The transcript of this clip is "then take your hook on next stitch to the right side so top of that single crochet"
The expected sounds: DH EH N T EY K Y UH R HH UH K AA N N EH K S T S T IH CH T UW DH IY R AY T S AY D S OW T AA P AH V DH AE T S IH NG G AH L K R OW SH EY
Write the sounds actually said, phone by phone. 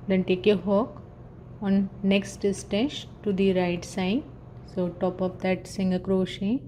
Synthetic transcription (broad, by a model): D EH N T EY K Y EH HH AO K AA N N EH K S T S T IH S T UW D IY R AY T S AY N S OW T AA P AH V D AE T S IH NG G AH K R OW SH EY